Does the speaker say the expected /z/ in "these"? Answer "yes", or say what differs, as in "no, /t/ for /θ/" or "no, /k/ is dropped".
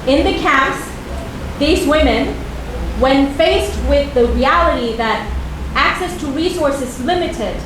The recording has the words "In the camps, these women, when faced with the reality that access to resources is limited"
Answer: yes